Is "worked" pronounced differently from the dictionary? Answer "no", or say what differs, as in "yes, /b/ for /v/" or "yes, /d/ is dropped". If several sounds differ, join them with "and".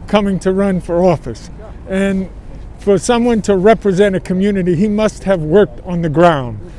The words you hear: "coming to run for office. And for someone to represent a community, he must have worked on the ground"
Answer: no